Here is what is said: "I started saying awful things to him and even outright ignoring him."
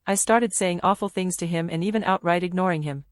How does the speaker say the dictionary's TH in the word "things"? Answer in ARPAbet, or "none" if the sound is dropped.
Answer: TH